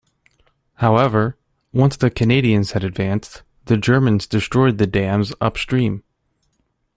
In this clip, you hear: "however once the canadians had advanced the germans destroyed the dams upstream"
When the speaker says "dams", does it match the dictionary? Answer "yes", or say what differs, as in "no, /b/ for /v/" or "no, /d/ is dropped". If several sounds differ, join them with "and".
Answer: yes